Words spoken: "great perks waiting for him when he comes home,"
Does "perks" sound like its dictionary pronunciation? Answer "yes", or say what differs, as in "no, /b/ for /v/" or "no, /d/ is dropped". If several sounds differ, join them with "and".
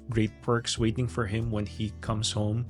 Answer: yes